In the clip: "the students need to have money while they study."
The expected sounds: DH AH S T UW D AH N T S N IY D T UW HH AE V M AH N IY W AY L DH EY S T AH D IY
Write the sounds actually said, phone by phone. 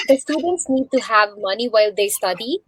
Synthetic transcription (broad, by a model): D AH S T UW D AH N T S N IY D T UW HH AE V M AH N IY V AY L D EY S T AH D IY